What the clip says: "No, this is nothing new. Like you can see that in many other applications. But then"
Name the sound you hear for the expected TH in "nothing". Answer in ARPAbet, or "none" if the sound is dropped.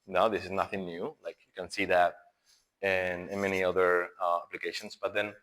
TH